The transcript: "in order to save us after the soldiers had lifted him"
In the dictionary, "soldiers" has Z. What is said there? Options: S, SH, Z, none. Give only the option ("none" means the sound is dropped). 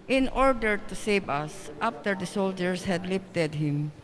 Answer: S